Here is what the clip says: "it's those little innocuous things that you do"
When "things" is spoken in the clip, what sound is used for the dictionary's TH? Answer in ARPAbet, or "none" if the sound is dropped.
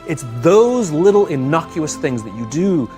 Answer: TH